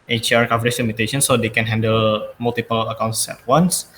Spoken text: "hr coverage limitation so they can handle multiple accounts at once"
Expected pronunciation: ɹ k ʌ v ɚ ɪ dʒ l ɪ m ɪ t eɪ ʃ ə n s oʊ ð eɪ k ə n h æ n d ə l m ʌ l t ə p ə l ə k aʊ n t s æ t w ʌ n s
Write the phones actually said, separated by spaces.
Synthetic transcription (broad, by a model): ɹ k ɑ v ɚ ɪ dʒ l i m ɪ t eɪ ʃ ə n s oʊ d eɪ k ə n h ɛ n d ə l m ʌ l t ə p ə l ə k aʊ n t s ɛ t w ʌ n s